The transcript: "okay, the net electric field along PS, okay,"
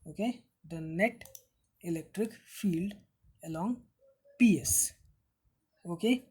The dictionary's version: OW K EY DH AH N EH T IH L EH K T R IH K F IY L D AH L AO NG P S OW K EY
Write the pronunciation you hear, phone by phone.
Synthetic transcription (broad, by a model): OW K EY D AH N EH T IH L EH K T R IH K F IY L D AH L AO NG P S OW K EY